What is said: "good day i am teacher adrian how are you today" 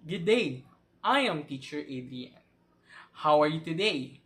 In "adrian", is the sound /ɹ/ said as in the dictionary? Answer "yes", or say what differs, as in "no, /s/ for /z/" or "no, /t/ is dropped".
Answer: no, /ɹ/ is dropped